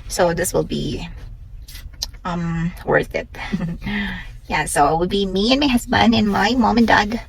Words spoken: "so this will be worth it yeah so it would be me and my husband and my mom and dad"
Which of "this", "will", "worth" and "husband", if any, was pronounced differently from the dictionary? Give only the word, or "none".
husband